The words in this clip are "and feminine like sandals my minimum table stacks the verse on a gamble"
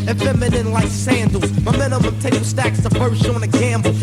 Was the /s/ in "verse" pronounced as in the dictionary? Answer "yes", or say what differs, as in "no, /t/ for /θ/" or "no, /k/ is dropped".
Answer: no, /ʃ/ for /s/